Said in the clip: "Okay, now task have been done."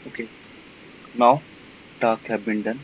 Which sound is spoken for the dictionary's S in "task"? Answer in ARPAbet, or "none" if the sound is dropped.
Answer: none